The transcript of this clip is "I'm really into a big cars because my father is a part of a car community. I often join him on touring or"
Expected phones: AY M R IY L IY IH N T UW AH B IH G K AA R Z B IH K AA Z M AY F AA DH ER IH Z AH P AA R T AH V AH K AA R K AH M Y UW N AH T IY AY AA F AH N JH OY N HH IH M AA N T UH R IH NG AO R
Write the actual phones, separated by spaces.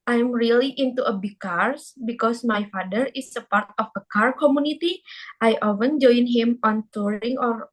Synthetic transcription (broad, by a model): AY M R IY L IY IH N T UW AH B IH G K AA R S B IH K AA S M AY F AA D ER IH S AH P AA R T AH F AH K AA R K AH M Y UW N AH T IY AY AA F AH N JH OY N HH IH M AA N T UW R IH NG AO R